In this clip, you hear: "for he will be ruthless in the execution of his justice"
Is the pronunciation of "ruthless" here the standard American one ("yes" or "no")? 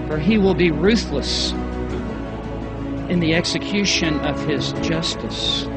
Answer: yes